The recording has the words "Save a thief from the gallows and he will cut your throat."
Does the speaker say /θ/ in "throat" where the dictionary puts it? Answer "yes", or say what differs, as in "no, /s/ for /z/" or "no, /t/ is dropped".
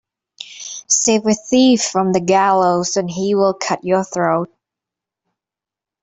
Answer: yes